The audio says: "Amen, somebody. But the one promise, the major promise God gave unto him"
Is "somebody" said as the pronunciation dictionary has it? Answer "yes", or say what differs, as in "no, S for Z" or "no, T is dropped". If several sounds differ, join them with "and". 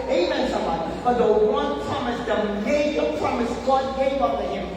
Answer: no, B is dropped